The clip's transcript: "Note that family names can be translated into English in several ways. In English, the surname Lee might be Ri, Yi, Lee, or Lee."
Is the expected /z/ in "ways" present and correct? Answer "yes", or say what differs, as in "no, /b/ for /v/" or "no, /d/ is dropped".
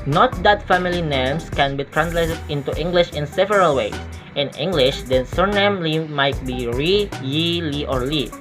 no, /z/ is dropped